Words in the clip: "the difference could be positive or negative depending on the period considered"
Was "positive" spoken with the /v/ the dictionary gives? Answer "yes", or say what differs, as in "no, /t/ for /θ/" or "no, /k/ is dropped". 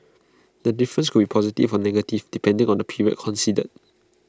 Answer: no, /f/ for /v/